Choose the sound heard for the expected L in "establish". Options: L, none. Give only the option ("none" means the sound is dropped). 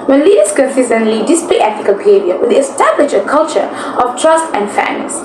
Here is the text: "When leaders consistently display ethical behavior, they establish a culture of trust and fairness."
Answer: L